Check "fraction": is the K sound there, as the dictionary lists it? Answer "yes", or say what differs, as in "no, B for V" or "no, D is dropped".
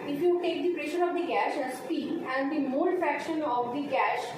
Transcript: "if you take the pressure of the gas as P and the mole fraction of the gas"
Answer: yes